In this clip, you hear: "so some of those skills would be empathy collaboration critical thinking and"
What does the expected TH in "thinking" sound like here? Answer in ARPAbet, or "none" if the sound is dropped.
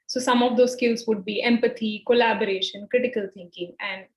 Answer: T